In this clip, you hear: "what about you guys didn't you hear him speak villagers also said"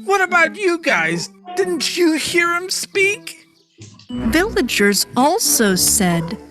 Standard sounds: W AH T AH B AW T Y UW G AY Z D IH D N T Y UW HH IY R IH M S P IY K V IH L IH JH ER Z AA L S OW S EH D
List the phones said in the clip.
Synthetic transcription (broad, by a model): W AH T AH B AW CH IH G AY Z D IH D N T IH HH IY R IH M S P IY K V IH L IH JH ER Z AA L S OW S EH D